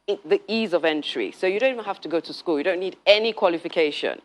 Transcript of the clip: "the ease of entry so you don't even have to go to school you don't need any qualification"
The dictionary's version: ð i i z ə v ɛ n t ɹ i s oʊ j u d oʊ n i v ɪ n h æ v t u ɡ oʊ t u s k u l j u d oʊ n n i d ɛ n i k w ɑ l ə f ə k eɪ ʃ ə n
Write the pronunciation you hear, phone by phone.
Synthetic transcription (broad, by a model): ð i i z ə v ɛ n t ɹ i s oʊ j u d oʊ n i v ɪ n h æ f t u ɡ oʊ t u s k u l j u d oʊ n n i d ɛ n i k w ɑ l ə f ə k eɪ ʃ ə n